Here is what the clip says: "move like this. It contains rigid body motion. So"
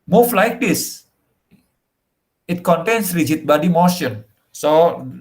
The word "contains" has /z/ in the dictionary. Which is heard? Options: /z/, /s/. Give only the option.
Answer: /s/